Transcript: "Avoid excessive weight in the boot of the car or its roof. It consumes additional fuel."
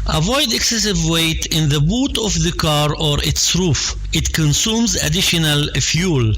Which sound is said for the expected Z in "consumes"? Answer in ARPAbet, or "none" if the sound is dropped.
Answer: Z